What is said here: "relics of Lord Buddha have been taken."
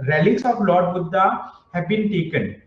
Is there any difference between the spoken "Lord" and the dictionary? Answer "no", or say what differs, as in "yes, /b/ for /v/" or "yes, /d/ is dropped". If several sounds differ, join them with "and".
no